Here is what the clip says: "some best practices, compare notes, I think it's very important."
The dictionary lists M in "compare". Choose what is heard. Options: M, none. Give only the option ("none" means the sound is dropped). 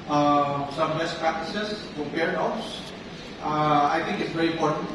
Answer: none